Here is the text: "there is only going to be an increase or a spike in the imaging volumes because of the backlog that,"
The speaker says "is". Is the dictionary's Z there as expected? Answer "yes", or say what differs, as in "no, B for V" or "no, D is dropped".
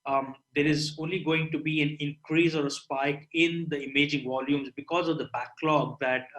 yes